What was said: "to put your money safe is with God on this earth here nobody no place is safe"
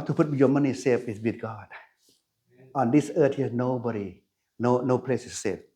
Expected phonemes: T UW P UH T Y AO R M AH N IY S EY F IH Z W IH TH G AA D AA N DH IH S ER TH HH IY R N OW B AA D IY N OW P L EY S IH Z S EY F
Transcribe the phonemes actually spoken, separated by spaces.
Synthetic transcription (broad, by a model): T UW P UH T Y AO M AH N IY S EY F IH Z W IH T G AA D AA N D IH S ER T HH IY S N OW B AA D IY N OW P L EY S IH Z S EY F